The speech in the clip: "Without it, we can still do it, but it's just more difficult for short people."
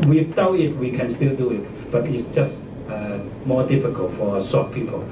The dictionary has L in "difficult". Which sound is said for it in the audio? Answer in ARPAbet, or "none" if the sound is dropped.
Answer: L